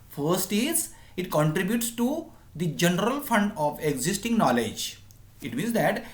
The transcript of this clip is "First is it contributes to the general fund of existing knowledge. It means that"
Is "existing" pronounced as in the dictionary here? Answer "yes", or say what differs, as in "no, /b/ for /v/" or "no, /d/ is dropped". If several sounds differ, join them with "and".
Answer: yes